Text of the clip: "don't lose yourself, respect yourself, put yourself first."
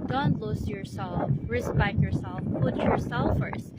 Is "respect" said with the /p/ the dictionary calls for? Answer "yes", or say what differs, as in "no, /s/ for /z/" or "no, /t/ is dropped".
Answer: no, /b/ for /p/